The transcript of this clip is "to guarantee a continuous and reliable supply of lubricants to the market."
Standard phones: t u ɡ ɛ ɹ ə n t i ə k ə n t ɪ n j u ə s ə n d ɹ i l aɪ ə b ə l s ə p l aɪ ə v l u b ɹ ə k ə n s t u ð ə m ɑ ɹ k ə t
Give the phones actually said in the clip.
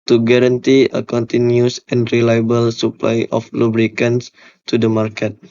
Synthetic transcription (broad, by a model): t u ɡ ɛ ɹ ə n t i ə k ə n t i n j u s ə n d ɹ i l aɪ ə b ə l s ə p l aɪ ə f l u b ɹ ə k ə n s t u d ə m ɑ ɹ k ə t